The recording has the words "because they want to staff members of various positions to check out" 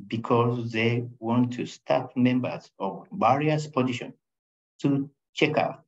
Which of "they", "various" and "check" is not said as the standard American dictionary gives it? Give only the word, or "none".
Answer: various